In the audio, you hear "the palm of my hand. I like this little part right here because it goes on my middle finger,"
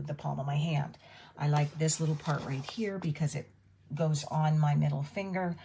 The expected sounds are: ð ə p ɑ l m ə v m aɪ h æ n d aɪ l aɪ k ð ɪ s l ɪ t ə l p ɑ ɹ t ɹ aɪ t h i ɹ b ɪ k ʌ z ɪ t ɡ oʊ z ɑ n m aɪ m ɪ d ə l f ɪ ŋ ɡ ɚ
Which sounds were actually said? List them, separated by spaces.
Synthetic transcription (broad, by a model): ð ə p ɑ l m ə v m aɪ h æ n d aɪ l aɪ k ð ɪ s l ɪ t l p ɑ ɹ t ɹ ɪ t h i ɹ b ɪ k ʌ z ɪ t ɡ oʊ z n m aɪ m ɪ d l f ɪ ŋ ɡ ɚ